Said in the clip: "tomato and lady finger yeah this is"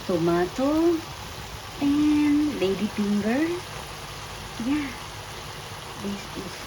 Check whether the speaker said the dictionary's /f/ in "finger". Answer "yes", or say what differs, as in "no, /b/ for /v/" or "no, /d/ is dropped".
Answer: no, /p/ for /f/